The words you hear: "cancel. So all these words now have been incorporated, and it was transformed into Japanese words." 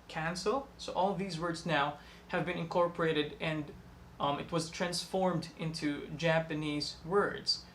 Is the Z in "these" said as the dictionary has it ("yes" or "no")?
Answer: yes